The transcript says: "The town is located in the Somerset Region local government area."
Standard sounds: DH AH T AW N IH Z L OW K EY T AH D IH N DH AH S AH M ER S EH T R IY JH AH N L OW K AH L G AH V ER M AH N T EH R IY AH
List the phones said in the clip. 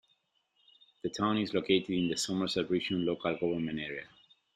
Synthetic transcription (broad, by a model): DH AH T AW N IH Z L OW K EY T AH D IH N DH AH S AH M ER S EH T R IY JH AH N L OW K AH L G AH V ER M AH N EH R IY AH